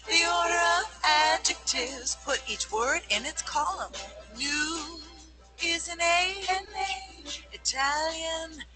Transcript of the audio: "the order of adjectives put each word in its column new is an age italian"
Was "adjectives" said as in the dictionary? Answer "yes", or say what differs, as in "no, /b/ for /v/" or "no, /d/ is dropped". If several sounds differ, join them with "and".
yes